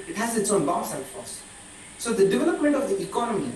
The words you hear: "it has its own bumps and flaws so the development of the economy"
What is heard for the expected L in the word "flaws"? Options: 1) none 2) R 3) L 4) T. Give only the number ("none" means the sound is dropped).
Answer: 1